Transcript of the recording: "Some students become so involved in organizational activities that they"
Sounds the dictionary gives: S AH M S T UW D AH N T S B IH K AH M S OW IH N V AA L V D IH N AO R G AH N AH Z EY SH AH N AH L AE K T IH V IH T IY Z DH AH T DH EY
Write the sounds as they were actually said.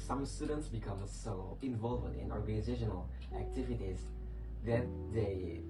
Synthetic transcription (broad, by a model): S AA M S T UW D AH N T S B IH K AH M S OW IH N V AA L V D IH N AO R G AH N AH Z EY SH AH N AH L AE K T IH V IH T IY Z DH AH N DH EY